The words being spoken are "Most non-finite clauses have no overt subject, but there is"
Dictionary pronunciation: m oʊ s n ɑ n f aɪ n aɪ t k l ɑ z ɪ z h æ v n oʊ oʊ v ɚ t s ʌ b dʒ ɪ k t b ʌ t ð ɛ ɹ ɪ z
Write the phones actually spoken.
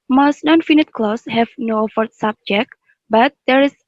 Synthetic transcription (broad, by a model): m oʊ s n ɑ n f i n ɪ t k l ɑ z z h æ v n oʊ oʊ f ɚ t s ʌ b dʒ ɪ k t b ʌ t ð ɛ ɹ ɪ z